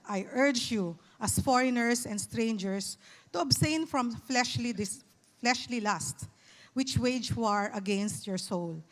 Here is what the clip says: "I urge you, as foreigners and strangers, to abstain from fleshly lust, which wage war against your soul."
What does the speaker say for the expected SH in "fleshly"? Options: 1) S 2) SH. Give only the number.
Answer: 2